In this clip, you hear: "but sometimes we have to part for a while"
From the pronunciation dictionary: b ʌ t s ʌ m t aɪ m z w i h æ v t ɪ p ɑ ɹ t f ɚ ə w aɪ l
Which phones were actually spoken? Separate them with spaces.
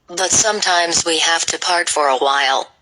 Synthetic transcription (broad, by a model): b ʌ t s ʌ m t aɪ m z w i h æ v t ɪ p ɑ ɹ t f ɚ ə w aɪ l